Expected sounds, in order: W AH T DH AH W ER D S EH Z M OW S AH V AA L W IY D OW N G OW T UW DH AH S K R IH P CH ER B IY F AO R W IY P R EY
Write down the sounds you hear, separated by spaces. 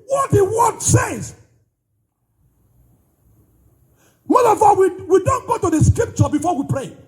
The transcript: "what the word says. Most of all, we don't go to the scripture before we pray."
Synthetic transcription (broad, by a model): W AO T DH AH W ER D S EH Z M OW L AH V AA W W IY D OW N G OW T UW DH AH S K R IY P CH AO B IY F AO W IY P R EY